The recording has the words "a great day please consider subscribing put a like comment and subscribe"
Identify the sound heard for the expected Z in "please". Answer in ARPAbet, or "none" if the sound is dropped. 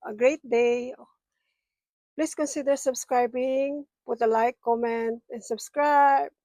S